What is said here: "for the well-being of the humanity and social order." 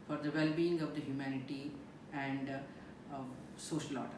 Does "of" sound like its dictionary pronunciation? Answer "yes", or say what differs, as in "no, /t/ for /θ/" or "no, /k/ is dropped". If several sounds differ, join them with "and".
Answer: yes